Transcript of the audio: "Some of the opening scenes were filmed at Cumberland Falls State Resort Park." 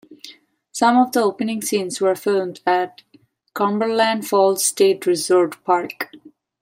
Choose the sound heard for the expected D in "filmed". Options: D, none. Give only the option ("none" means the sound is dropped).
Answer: D